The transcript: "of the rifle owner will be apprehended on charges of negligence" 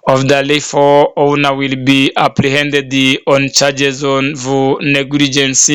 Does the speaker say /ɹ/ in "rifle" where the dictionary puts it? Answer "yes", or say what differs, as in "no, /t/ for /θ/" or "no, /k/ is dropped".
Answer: no, /l/ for /ɹ/